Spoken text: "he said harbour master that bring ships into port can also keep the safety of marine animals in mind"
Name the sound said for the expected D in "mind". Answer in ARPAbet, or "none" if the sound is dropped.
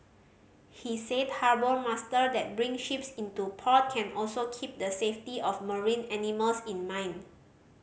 none